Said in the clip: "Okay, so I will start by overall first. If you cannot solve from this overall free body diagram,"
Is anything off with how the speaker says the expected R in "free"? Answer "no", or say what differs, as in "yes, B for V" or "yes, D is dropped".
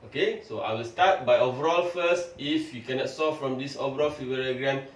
yes, R is dropped